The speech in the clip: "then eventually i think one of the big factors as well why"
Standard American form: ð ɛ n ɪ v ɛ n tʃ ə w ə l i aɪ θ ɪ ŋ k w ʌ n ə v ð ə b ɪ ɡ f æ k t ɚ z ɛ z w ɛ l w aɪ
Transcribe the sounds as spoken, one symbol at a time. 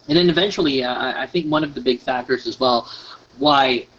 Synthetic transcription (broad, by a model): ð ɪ n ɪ v ɛ n tʃ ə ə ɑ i aɪ θ ɪ ŋ k w ʌ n ə v ð ə b ɪ ɡ f æ k t ɚ z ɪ z w ɛ l w aɪ